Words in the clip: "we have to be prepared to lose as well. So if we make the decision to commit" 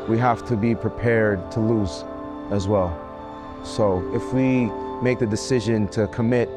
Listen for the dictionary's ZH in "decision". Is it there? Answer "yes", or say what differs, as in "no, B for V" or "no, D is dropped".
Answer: yes